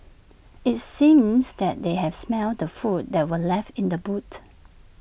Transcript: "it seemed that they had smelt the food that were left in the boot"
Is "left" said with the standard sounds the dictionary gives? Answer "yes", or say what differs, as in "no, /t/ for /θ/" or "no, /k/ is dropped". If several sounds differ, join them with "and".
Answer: yes